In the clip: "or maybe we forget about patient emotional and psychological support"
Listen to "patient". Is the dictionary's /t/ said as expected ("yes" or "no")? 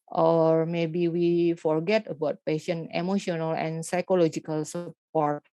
no